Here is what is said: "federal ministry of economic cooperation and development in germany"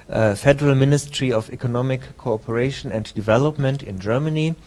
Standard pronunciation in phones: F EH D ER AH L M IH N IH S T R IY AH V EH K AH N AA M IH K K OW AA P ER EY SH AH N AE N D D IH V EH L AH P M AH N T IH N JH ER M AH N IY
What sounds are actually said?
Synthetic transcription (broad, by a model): F EH D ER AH L M IH N IH S T R IY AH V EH K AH N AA M IH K K OW AA P ER EY SH AH N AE N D D IH V EH L AH P M AH N T IH N JH ER M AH N IY